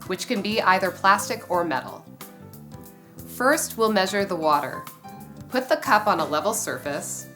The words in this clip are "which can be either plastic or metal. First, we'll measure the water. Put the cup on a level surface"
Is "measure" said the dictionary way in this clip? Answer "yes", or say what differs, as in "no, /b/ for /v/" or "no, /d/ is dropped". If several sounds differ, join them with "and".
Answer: yes